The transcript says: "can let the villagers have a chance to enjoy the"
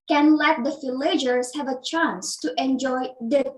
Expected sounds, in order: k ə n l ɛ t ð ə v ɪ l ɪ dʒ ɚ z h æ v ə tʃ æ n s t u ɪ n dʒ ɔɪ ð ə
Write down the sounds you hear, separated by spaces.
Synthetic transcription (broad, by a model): k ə n l ɛ t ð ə f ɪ l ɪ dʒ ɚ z h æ v ə tʃ æ n s t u ɪ n dʒ ɔɪ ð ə